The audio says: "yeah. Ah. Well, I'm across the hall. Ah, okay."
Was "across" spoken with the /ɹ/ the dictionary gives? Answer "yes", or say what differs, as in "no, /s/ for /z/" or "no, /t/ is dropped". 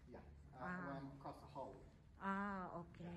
no, /ɹ/ is dropped